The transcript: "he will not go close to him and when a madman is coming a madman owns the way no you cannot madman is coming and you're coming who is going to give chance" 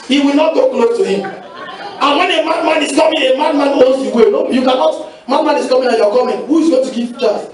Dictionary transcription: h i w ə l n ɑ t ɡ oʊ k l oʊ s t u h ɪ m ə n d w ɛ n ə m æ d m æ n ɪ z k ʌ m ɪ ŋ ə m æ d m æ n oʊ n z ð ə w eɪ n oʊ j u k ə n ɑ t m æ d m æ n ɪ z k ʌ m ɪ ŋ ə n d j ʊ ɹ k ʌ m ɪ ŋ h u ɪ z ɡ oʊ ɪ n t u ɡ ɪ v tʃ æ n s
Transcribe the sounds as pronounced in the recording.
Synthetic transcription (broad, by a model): h i w ə l n ɑ t ɡ oʊ k l oʊ s t u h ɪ m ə n w ɛ n ə m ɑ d m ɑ n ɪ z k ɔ m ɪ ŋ ə m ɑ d m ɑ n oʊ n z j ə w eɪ l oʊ j u k ə n ɑ t m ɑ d m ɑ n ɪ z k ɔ m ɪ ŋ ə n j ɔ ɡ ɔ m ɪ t h u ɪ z ɡ oʊ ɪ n t u ɡ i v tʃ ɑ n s